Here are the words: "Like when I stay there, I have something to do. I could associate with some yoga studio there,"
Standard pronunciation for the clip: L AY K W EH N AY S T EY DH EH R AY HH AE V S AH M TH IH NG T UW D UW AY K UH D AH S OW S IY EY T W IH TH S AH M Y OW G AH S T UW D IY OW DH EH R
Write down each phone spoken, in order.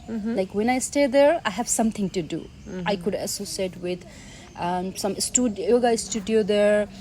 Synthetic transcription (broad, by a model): L AY K W EH N AY S T EY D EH R AY HH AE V S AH M T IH NG T UW D UW AY K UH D AH S OW S IY EY T W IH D S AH M Y OW G AH S T UW D IY OW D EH R